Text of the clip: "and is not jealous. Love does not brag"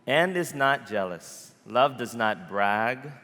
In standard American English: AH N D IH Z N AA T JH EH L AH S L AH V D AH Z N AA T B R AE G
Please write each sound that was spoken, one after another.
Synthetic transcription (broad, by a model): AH N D IH Z N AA T JH EH L AH S L AH V D AH Z N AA T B R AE G